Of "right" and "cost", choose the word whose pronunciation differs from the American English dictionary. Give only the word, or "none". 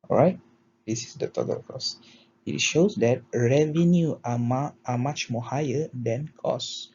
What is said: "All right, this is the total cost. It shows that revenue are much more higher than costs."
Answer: cost